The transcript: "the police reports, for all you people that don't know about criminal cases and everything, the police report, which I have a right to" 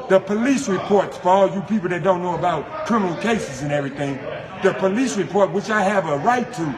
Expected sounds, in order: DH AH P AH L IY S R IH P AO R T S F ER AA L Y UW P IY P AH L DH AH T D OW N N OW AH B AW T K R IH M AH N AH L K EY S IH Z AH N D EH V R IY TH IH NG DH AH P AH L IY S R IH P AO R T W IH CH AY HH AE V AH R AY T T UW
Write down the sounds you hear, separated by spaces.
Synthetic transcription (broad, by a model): DH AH P AH L IY S R IH P AO R T S F ER AA L Y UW P IY P L DH AH T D OW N N OW AH B AW T K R IH M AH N L K EY S IH Z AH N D EH V R IY TH IH NG DH AH P AH L IY S R IH P AO R T W IH CH AY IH V AH R AY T T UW